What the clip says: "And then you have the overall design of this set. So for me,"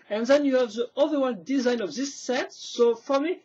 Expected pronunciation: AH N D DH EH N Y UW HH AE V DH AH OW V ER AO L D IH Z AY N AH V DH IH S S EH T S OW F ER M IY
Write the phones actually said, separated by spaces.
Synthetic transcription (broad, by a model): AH N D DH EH N Y UW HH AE V DH AH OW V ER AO N D IH Z AY N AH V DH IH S S EH T S OW F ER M IY